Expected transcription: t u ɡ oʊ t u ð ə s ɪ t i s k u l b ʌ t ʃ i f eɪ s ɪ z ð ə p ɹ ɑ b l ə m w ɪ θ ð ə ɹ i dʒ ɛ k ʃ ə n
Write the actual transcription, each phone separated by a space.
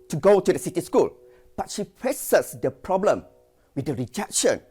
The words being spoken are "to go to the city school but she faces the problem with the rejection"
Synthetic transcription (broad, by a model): t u ɡ oʊ t u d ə s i t i s k u l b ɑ t ʃ i p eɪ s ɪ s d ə p ɹ ɑ b l ə m w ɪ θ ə ɹ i dʒ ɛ k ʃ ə n